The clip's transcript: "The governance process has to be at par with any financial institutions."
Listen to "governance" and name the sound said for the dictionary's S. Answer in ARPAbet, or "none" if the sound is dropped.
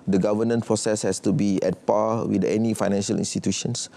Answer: none